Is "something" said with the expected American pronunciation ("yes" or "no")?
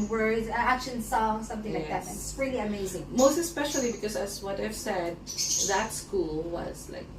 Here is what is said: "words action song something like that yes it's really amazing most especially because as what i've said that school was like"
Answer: yes